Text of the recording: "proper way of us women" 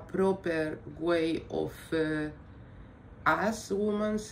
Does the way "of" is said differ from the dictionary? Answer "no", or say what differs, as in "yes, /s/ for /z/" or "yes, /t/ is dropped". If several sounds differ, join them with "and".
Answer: yes, /f/ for /v/